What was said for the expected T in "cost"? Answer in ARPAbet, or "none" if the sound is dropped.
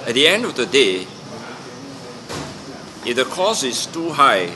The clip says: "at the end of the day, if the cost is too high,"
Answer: none